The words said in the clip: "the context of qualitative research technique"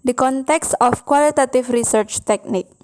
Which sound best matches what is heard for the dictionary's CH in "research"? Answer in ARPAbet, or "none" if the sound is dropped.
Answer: CH